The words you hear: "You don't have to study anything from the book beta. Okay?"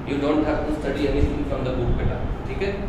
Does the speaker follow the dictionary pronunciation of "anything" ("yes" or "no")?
no